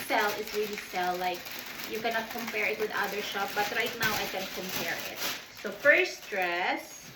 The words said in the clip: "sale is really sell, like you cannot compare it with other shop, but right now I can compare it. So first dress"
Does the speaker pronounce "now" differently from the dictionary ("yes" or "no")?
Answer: no